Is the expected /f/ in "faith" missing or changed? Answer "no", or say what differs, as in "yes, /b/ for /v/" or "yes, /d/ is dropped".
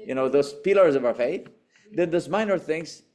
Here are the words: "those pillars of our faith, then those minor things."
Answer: no